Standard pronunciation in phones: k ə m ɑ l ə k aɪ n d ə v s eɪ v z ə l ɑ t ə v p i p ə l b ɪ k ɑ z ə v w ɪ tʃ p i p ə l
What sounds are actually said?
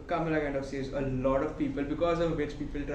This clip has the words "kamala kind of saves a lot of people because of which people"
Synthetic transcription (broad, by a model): k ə m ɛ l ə k aɪ n d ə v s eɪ z ə l ɑ t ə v p i p ə l b ɪ k ɑ z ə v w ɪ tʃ p i p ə l